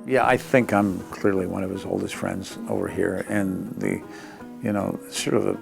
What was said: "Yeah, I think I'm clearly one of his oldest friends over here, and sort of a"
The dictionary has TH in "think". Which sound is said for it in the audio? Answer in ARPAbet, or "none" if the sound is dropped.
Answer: TH